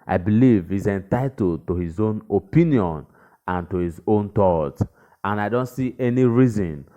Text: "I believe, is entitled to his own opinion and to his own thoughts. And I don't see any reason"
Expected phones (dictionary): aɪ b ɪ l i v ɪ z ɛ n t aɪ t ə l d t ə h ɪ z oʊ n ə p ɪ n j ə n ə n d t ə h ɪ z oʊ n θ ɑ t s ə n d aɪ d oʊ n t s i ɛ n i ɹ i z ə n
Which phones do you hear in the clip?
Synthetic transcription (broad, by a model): aɪ b ɪ l i v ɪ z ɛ n t aɪ t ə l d t ə h ɪ z oʊ n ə p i n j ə n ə n t ə h ɪ z oʊ n t ɑ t ə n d aɪ d oʊ n t s i ɛ n i ɹ i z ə n